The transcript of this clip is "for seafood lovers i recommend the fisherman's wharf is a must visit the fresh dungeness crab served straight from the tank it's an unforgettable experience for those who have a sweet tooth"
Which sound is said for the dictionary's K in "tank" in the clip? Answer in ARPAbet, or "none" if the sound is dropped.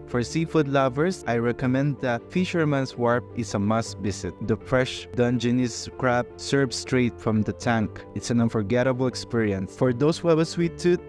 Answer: K